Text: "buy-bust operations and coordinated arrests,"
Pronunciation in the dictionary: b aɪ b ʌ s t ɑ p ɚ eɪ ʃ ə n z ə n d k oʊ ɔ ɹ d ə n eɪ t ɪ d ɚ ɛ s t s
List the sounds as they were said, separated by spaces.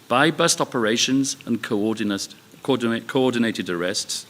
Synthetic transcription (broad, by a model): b aɪ b ʌ s t ɑ p ɚ eɪ ʃ ə n z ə n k k oʊ ɔ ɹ d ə n eɪ t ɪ d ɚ ɛ s t s